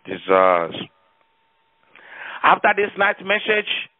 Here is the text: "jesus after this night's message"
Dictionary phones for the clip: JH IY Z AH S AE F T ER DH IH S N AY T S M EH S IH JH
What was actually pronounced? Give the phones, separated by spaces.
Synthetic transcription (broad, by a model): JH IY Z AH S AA F T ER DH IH S N AY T M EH S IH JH